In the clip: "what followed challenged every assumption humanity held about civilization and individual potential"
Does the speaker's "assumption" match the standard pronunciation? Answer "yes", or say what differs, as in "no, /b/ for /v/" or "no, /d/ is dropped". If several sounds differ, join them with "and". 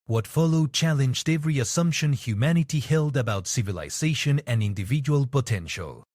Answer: yes